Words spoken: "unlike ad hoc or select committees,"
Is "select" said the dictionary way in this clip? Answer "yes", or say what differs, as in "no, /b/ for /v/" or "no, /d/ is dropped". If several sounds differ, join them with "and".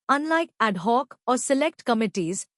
yes